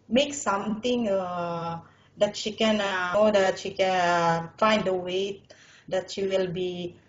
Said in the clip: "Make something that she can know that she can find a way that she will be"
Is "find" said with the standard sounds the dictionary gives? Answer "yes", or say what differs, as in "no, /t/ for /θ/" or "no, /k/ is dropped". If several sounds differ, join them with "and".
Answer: yes